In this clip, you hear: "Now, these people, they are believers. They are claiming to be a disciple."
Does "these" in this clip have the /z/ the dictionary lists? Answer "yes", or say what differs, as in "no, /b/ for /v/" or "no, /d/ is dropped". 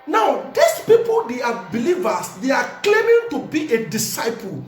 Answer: no, /s/ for /z/